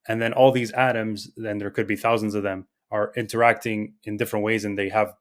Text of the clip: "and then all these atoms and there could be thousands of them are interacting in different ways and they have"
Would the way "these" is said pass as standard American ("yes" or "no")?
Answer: yes